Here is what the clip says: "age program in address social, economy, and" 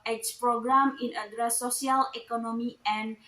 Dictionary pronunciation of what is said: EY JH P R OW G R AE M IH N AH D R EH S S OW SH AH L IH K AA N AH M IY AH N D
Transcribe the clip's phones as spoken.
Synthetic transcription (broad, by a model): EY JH P R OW G R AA M IH N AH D R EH S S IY AH L IH K AA N AH M IY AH N